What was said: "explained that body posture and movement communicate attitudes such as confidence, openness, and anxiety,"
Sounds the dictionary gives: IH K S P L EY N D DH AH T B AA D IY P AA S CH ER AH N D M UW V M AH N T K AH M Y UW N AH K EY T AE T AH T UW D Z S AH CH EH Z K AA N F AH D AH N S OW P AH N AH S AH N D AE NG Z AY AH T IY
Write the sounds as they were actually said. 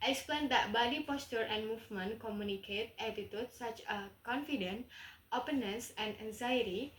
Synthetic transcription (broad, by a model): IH K S P L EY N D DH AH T B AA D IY P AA S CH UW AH N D M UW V M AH N K AH M Y UW N AH K EY T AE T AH T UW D S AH CH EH K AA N F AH D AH N OW P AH N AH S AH N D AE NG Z AY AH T IY